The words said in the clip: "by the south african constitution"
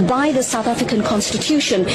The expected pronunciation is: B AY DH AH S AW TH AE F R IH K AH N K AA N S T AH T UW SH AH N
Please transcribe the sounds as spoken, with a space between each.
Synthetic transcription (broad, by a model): B AY DH AH S AW TH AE F R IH K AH N K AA N S T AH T UW SH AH N